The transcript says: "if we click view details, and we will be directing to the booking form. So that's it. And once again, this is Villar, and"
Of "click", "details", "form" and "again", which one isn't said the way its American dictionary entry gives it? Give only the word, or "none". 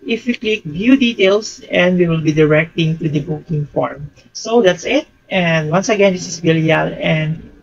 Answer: details